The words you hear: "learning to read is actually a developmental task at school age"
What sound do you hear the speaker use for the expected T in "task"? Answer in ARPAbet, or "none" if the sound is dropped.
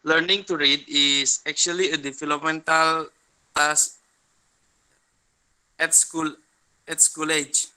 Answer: S